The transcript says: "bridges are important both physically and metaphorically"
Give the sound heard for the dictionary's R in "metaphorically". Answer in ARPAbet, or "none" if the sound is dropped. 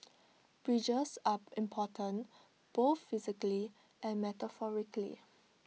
R